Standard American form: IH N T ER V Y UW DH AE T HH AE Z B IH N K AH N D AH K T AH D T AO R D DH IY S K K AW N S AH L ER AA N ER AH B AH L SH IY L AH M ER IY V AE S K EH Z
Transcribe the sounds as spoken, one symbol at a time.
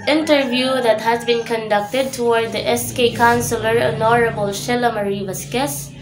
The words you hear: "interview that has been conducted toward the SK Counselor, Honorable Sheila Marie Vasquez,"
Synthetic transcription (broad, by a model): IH N T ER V Y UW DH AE T HH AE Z B IH N K AH N D AH K T AH D T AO R D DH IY S K K AW N S AH L ER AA N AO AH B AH L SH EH L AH M ER IY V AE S K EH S